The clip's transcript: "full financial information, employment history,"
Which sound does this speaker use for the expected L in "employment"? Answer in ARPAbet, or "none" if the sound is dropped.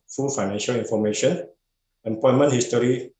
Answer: none